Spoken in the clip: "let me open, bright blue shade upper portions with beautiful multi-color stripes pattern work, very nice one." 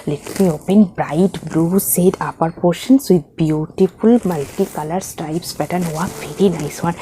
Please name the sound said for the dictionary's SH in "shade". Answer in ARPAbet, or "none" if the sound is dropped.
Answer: S